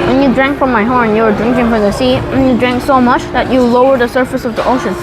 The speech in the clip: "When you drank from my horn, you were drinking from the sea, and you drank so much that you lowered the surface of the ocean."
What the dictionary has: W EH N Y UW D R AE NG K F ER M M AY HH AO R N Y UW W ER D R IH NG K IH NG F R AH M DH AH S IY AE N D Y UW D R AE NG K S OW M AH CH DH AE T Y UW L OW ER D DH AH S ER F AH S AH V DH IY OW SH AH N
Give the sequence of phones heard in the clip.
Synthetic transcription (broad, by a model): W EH N Y UW D R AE NG K F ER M M AY HH AO R N Y UW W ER D R IH NG K IH NG F R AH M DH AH S IY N Y UW D R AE NG K S OW M AH CH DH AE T Y UW L OW ER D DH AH S ER F AH S AH V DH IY OW SH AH N